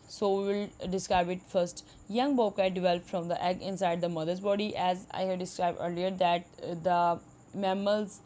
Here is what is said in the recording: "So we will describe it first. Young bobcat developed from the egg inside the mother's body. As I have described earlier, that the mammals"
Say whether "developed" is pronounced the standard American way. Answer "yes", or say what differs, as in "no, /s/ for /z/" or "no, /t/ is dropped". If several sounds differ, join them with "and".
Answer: no, /f/ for /p/